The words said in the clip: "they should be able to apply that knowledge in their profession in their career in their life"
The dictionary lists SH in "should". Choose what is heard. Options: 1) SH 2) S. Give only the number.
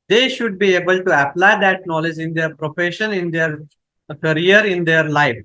1